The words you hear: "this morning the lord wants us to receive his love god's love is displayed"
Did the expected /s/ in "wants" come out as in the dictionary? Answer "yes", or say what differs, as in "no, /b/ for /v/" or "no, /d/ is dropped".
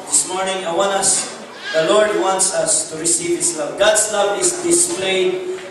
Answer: yes